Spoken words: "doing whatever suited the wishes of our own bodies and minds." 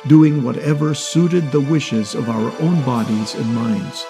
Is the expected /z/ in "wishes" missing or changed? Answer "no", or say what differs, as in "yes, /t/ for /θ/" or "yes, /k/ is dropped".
no